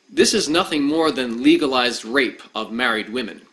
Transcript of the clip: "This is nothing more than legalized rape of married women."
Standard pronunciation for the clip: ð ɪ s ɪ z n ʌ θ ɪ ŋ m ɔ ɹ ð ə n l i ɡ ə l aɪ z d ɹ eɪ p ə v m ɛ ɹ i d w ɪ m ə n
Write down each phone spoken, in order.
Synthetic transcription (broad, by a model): ð ɪ s ɪ z n ʌ θ ɪ ŋ m ɔ ɹ ð ə n l i ɡ ə l aɪ z d ɹ eɪ p ə v m ɛ ɹ i d w ɪ m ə n